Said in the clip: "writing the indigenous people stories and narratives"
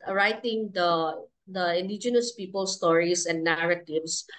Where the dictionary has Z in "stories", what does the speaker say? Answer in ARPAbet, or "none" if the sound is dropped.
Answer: S